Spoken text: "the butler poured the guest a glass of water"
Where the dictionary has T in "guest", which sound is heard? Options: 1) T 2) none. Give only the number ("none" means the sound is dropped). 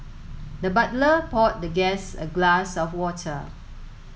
2